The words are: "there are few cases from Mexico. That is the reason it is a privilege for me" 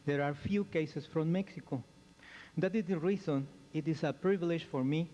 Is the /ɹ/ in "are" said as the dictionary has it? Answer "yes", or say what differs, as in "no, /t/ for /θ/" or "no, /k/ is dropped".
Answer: yes